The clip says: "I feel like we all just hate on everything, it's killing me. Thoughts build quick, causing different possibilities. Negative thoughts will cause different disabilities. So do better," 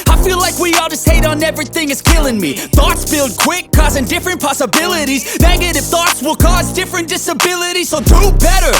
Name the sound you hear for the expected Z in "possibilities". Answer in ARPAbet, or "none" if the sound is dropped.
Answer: Z